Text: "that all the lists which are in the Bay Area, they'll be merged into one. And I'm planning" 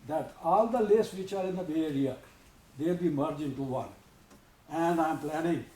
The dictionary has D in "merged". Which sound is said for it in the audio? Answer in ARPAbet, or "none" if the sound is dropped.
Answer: none